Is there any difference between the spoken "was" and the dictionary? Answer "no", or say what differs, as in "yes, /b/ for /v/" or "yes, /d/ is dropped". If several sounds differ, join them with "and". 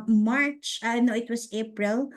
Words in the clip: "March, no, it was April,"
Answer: yes, /s/ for /z/